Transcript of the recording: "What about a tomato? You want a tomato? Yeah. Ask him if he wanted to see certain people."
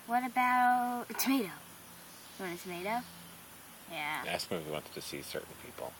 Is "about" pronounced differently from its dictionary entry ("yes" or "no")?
yes